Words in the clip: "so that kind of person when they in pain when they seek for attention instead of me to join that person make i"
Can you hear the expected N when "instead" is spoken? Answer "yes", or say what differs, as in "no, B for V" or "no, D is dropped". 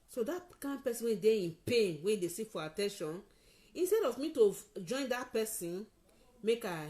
yes